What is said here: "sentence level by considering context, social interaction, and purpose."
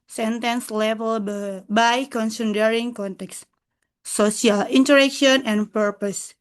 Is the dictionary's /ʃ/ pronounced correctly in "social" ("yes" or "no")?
no